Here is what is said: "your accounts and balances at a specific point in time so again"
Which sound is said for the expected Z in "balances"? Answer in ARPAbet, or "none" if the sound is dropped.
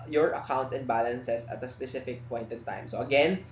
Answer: S